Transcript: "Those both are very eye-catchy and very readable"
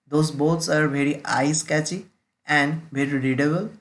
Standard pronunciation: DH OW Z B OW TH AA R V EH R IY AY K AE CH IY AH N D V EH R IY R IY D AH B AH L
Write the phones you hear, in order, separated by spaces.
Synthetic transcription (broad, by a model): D OW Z B OW S AA R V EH R IY AY K AE CH IY AH N D V EH R IY R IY D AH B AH L